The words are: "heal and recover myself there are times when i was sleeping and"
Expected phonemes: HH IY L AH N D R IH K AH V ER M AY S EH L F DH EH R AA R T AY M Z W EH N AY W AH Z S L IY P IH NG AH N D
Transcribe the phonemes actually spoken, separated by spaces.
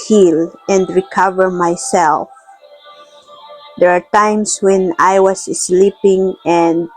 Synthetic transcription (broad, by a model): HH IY L AH N D R IH K AH V ER M AY S EH L F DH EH R AA R T AY M S W EH N AY W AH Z S L IY P IH NG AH N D